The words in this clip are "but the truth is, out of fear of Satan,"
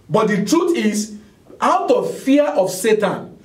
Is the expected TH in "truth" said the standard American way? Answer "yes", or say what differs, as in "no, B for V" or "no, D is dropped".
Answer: no, T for TH